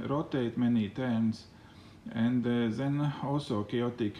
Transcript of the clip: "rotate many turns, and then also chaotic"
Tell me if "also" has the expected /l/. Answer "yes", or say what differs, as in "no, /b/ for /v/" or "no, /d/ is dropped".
no, /l/ is dropped